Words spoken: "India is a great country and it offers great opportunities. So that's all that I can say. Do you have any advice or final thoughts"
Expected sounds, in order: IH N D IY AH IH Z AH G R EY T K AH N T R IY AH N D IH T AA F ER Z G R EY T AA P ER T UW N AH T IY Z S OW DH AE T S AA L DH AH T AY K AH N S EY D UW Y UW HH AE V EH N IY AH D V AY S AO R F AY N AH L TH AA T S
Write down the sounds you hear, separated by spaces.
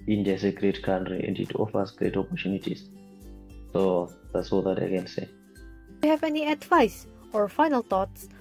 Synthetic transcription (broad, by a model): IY N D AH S AH G R EY T K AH N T R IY AH N D IH T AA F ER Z G R EY T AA P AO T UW N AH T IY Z S OW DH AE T S AA L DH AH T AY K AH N S EY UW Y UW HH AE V EH N IY AH D V AY S AO R F AY N AH L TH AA T S